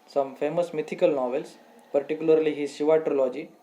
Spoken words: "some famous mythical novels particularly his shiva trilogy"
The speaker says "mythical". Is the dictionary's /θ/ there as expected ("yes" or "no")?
no